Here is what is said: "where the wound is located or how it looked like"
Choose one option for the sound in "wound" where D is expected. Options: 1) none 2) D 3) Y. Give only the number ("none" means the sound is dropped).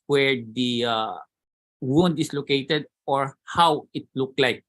2